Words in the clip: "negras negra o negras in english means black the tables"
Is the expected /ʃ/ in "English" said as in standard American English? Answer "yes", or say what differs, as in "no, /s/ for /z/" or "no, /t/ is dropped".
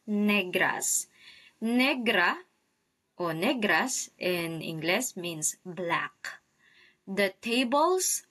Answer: no, /s/ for /ʃ/